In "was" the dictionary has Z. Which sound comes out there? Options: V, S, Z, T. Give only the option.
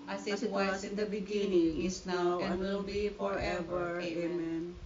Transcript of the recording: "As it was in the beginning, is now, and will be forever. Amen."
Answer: S